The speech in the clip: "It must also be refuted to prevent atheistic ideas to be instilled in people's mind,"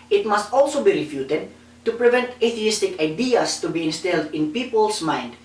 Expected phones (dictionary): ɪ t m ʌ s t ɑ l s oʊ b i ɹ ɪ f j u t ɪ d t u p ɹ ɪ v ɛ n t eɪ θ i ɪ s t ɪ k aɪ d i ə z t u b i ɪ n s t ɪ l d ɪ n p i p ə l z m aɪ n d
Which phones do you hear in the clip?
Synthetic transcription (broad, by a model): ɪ t m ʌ s t ɑ l s oʊ b i ɹ ɪ f j u t ɪ d t u p ɹ ɪ v ɛ n t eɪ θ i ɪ s t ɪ k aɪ d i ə s t u b i ɪ n s t ɪ l d ɪ n p i p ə l s m aɪ n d